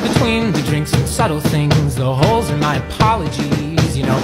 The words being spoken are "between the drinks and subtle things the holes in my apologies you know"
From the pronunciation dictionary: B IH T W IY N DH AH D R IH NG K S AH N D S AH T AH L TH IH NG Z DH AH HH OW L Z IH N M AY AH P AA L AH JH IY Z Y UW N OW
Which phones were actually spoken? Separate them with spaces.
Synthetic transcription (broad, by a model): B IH T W IY N DH AH D R IH NG K S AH N S AH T L TH IH NG Z DH AH HH OW L Z IH N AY AH P AA L AH JH IY Z Y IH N OW